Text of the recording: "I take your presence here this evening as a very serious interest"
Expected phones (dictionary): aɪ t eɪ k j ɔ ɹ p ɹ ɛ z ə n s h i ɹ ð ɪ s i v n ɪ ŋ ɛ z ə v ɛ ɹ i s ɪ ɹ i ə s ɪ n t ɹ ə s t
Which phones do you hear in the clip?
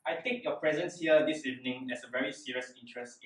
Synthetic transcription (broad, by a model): aɪ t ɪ k j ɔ p ɹ ɛ z ə n s h i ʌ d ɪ s i v n ɪ ŋ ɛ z ə v ɛ ɹ i s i ɹ i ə s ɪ n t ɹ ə s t